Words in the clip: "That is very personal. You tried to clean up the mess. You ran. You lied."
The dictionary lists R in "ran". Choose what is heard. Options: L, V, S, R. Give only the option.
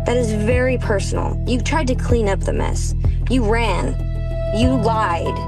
R